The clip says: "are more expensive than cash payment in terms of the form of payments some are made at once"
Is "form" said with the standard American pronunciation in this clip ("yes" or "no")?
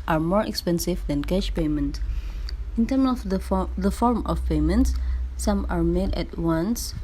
yes